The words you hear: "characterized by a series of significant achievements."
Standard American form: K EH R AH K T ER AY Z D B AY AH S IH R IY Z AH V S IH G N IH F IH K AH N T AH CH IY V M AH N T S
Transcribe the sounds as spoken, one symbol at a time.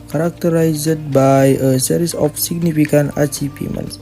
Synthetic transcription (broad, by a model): K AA R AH K T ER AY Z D B AY AH S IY R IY S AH F S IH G N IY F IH K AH N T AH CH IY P M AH N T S